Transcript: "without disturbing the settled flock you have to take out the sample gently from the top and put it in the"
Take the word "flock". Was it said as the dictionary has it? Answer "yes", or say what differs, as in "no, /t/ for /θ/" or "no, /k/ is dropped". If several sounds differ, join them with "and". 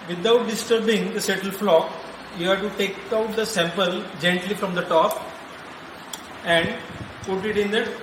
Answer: yes